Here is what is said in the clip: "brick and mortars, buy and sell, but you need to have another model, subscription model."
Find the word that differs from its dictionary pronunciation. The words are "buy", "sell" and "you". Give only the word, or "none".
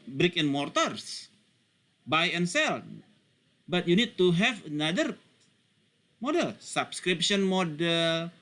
none